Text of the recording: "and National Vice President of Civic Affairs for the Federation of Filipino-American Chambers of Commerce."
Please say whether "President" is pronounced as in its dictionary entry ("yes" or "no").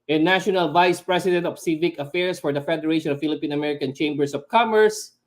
no